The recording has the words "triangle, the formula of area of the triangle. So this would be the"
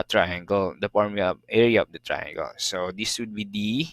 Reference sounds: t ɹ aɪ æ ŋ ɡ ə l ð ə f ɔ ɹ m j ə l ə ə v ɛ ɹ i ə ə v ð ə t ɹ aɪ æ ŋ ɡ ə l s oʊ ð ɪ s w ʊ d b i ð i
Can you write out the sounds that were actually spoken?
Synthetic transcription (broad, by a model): t ɹ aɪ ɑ ŋ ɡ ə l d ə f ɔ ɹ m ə ə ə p ɛ ɹ i ə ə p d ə t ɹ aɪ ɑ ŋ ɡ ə l s oʊ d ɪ s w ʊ d b i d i